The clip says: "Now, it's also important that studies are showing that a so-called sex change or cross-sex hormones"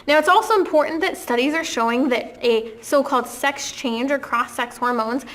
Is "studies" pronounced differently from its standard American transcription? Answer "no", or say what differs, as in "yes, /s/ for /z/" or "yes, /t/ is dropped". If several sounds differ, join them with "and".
no